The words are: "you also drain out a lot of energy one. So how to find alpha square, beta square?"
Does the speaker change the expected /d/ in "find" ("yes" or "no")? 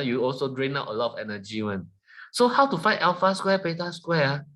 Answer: yes